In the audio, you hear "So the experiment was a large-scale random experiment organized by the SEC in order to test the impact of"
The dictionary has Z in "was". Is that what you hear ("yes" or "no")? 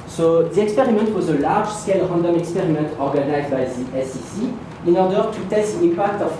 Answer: yes